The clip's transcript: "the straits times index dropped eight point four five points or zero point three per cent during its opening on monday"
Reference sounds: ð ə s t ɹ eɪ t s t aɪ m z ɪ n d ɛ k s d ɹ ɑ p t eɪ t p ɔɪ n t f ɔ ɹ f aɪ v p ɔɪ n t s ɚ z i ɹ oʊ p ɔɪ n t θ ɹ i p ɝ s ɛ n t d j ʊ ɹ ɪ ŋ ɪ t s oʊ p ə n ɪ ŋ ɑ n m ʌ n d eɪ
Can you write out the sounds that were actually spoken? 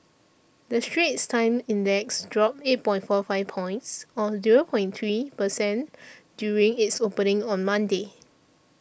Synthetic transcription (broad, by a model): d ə s t ɹ eɪ t s t aɪ m ɪ n d ɛ k s d ɹ ɑ p eɪ t p ɔɪ n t f ɔ f aɪ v p ɔɪ n t s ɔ z i ɹ oʊ p ɔɪ n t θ ɹ i p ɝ s ɛ n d j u ɹ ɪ ŋ ɪ t s oʊ p ə n ɪ ŋ ɑ n m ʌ n d eɪ